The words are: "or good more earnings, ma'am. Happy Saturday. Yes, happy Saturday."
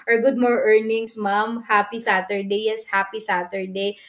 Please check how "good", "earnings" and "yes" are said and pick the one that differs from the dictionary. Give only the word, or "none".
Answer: earnings